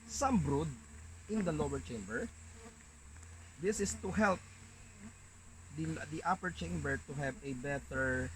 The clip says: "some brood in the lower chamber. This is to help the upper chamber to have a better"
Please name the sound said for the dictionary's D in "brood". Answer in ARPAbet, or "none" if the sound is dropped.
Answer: D